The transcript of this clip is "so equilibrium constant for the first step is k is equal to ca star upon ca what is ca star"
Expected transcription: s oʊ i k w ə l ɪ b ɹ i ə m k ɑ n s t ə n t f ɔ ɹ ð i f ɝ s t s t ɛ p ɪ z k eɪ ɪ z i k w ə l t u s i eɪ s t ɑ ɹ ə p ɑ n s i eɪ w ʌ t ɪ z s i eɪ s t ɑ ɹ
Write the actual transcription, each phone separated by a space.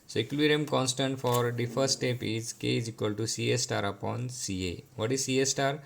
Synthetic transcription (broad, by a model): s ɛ k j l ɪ ɹ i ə m k ɑ n s t ə n t f ɔ ɹ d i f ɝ t s t ɛ p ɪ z k eɪ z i k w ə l t u s i eɪ s t ɑ ɹ ə p ɑ n s i eɪ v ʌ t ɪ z s i eɪ s t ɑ ɹ